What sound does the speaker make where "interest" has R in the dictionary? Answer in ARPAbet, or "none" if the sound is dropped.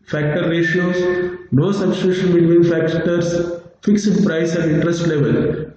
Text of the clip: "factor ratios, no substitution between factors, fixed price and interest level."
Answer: R